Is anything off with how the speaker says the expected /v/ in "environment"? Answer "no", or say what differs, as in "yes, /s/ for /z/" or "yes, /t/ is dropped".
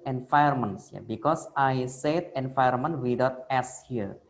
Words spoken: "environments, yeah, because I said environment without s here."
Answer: yes, /f/ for /v/